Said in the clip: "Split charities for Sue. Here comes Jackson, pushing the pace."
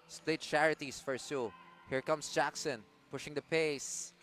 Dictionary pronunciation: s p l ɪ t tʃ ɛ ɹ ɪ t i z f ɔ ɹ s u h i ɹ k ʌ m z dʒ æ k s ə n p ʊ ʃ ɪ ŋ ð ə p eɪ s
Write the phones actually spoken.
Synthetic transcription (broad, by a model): s p l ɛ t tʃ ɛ ɹ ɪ t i s f ɔ ɹ s u h i ɹ k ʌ m s dʒ æ k s ə n p ʊ ʃ ɪ ŋ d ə p eɪ s